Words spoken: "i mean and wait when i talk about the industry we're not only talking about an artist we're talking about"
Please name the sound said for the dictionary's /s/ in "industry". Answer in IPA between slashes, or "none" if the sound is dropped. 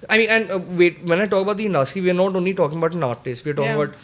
none